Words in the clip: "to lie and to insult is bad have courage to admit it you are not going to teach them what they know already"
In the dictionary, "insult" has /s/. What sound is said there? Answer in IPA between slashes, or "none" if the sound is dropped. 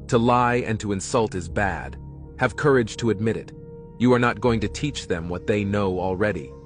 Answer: /s/